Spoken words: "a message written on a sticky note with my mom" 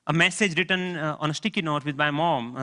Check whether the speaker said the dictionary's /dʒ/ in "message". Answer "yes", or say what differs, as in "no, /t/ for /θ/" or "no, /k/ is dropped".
yes